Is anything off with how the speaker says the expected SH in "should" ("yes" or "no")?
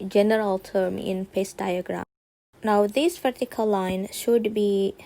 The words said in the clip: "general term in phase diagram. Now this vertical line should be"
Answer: no